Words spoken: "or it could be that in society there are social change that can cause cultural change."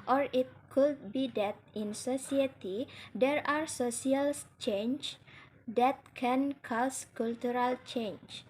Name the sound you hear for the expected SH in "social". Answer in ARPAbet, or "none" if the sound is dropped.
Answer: S